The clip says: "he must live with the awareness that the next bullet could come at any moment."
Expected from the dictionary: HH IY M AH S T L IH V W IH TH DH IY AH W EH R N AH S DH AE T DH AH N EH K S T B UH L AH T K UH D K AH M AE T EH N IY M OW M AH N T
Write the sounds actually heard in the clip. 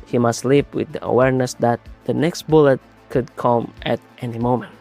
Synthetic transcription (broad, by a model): HH IY M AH S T L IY P W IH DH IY AH W EH R N AH S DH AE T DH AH N EH K S T B UH L AH T K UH D K AH M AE T EH N IY M OW M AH N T